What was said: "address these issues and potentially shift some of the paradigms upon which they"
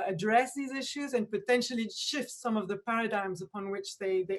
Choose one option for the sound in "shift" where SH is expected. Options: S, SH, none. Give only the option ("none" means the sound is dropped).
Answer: SH